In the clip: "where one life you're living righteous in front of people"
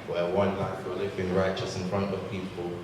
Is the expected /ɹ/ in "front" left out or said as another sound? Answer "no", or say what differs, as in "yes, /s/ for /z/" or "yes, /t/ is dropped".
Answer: no